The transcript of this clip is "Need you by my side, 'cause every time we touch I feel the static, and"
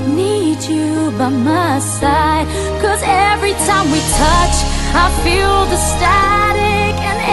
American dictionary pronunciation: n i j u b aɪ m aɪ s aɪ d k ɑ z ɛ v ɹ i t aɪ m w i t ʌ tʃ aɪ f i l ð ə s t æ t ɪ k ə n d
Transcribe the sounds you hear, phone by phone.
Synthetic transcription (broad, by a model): n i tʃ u b aɪ m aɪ s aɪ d k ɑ z ɛ v ɹ i t aɪ m w i t ʌ tʃ aɪ f i l ð ə s t æ t ɪ k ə n